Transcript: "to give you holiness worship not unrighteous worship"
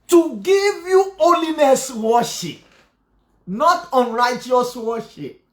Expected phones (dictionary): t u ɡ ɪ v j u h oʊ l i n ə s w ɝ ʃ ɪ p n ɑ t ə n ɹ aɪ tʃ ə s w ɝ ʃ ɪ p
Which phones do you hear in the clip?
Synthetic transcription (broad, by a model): t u ɡ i v j u oʊ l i n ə s w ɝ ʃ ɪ p n ɑ t ə n ɹ aɪ tʃ ə s w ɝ ʃ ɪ p